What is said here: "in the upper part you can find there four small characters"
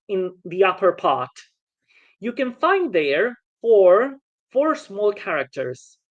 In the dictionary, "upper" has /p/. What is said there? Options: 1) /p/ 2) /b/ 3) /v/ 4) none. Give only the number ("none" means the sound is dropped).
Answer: 1